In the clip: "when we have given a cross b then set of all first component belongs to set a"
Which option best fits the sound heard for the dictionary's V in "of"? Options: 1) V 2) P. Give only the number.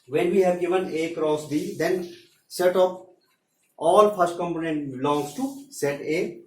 2